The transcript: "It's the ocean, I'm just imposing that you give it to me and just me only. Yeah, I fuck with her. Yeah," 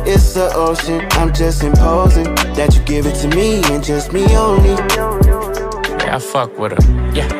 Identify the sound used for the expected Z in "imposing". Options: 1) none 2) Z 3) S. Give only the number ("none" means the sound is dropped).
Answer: 2